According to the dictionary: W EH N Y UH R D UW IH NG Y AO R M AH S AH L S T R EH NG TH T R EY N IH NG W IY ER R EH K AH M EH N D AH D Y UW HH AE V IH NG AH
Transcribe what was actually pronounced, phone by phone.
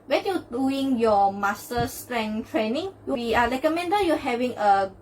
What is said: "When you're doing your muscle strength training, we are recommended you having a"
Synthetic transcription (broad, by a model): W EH N Y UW D UW IH NG Y AO M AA S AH S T R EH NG T R EY N IH NG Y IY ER L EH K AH M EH N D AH Y UW HH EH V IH NG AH